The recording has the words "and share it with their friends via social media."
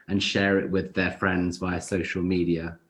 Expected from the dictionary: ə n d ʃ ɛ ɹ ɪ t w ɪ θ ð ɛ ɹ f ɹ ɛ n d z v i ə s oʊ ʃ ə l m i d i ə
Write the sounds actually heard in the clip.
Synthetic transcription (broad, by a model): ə n ʃ ɛ ɹ ɪ t w ɪ ð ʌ f ɹ ɛ n d z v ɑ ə s oʊ ʃ ə l m i d i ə